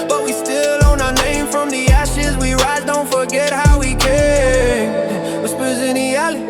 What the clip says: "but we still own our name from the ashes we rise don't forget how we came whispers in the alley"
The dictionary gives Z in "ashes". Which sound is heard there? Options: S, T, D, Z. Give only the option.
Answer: Z